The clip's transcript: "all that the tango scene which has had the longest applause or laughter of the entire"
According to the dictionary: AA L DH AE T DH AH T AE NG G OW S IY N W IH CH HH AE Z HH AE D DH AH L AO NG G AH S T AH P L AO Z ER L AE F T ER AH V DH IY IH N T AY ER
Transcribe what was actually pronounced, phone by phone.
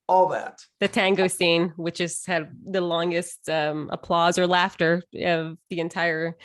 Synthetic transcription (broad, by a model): AA L DH AE T DH AH T AE NG G OW S IY N W IH CH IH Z HH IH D DH AH L AO NG G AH S T AH P L AO Z ER L AE F T ER AH V DH IY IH N T AY ER